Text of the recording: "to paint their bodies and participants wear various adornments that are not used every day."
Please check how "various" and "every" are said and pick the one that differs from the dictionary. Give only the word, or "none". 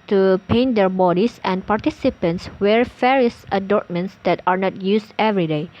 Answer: various